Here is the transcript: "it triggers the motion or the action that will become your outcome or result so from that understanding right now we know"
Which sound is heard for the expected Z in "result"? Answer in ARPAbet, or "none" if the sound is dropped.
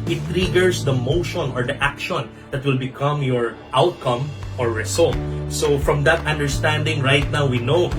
S